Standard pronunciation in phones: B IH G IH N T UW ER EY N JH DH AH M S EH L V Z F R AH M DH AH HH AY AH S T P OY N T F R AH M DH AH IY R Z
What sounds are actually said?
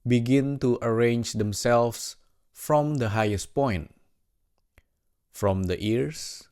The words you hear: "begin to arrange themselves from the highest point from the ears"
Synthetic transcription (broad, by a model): B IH G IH N T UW ER EY N JH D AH M S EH L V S F R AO M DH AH HH AY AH S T P OY N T F R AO M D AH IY R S